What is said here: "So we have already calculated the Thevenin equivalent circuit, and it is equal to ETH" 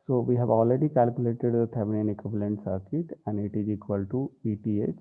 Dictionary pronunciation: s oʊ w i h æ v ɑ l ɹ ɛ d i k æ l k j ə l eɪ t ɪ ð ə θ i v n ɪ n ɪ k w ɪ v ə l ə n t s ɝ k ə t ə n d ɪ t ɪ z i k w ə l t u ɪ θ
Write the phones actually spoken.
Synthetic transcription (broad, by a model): s oʊ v i h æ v ɑ l ɹ ɛ d i k æ l k j ə l eɪ t ɪ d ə t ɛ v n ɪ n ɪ k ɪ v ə l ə n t s ɝ k ə t ə n d ɪ t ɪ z i k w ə l t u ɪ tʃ